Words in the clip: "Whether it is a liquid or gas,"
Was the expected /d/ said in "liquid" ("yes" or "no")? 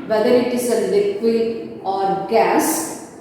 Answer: no